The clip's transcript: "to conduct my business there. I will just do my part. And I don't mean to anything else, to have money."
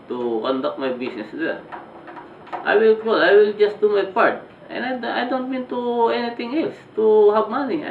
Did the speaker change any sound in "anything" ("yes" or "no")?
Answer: yes